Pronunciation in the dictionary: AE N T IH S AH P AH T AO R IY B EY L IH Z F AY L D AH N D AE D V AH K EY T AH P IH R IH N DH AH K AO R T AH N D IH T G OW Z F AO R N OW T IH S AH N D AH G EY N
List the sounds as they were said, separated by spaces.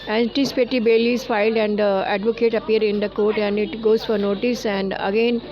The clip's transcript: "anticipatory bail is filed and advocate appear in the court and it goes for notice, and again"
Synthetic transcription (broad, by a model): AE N T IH S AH P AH T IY B EY L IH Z F AY L D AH N D AE D V AH K EY T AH P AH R IH N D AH K AO R T AH N D IH T G OW Z F AO R N OW T IH S AH N D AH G EY N